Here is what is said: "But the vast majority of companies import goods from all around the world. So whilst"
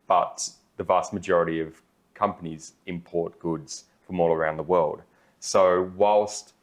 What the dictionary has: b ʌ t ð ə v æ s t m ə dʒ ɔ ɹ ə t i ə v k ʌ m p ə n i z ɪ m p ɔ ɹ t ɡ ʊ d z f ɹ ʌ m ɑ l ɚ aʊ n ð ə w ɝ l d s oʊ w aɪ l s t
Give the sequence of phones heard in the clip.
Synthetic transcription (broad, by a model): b ʌ t ð ə v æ s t m ə dʒ ɔ ɹ ə t i ə v k ʌ m p ə n i z ɪ m p ɔ ɹ t ɡ ʊ d z f ɹ ʌ m ɑ l ɚ aʊ n ð ə w ɝ l d s oʊ w aɪ l s t